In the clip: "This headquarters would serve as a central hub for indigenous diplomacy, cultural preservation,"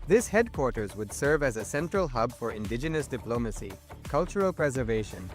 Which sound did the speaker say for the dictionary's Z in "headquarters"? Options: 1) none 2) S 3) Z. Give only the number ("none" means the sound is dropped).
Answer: 3